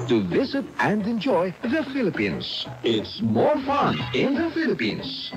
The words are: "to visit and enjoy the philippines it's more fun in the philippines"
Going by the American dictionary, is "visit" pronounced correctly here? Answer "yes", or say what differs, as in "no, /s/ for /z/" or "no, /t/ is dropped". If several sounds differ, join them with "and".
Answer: yes